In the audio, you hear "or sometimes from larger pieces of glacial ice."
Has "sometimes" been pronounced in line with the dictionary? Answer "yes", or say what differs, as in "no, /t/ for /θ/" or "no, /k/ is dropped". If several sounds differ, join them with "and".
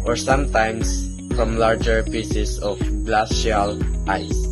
no, /s/ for /z/